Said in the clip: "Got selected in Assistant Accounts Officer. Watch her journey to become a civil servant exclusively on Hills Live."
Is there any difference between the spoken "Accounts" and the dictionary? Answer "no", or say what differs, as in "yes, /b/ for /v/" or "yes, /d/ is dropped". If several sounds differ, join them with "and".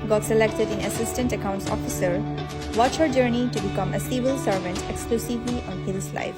no